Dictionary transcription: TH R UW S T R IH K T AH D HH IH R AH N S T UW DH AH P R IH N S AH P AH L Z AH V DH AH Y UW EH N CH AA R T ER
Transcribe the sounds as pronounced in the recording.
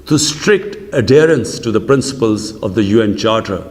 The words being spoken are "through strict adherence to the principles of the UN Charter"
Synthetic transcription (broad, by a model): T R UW S T R IH K T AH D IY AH R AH N S T UW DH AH P R IH N S AH P AH L Z AH V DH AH Y UW EH N CH AA R T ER